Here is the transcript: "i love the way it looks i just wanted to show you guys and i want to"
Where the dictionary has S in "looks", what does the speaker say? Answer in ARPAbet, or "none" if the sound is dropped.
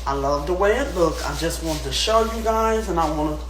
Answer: none